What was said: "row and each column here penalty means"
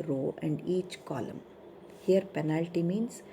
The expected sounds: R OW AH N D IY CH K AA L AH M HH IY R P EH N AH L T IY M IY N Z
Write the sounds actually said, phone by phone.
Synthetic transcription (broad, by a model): R OW AH N D IY CH K AA L AH M HH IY R P EH N AH L T IY M IY N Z